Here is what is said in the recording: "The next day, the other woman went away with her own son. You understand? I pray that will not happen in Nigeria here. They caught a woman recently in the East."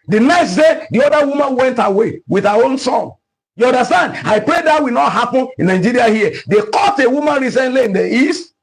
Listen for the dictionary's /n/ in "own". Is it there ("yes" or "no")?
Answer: yes